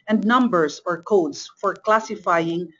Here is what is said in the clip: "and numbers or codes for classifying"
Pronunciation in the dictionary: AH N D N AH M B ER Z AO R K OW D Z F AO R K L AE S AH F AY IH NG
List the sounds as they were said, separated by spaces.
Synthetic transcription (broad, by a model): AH N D N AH M B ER S AO R K OW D S F AO R K L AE S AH F AY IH NG